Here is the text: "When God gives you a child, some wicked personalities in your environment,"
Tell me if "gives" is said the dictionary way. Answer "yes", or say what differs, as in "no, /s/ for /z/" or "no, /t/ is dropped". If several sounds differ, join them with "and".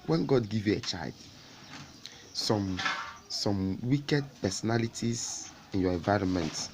no, /z/ is dropped